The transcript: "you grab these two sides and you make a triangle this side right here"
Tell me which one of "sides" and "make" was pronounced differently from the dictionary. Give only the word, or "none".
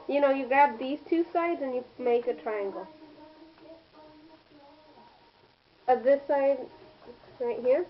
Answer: none